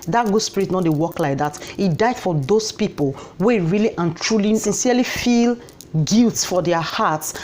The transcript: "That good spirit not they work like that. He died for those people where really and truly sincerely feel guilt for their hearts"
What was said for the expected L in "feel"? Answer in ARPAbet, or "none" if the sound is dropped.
L